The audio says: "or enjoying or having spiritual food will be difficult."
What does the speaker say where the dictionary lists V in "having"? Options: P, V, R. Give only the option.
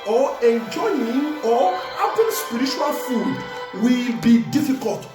P